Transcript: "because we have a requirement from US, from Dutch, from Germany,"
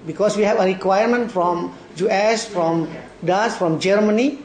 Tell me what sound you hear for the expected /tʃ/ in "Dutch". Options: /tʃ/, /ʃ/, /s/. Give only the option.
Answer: /s/